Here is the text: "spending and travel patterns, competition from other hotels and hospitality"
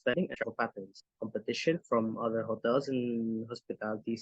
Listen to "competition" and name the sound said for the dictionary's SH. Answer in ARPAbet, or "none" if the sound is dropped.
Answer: SH